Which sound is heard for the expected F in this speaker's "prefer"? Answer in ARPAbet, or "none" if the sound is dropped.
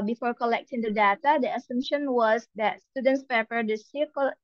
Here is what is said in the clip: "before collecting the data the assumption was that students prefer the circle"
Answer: P